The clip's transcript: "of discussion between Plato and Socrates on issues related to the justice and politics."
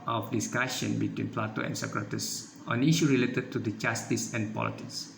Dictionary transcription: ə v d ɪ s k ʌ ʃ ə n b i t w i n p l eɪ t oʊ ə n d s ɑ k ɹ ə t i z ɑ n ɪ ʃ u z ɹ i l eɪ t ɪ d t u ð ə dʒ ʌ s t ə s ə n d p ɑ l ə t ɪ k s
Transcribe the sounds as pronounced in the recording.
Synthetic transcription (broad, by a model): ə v d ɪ s k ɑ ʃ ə n b i t w i n p l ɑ t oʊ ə n s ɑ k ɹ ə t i s ɑ n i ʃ u ɹ i l eɪ t ɪ d t u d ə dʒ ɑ s t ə s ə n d p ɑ l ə t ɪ k s